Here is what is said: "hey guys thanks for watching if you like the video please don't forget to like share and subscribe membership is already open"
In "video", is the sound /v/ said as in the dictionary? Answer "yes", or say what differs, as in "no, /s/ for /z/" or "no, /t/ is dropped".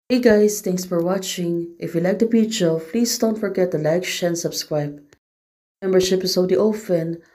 no, /p/ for /v/